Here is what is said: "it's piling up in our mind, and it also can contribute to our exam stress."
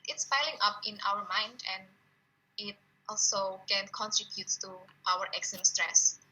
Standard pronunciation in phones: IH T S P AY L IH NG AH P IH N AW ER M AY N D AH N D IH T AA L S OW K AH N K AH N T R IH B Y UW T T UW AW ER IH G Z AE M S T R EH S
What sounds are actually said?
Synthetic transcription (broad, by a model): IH T S F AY L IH NG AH P IH N AW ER M AY N D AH N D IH T AA L S OW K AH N K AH N T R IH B Y UW T T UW AW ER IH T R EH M S T R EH S